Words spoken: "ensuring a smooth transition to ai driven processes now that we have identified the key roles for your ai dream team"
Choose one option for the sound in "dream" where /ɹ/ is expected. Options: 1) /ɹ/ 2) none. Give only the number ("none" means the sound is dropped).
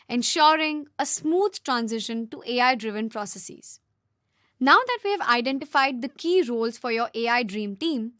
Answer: 1